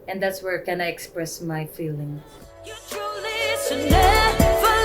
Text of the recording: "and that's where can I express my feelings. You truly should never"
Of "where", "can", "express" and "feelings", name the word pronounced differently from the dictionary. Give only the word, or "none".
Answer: feelings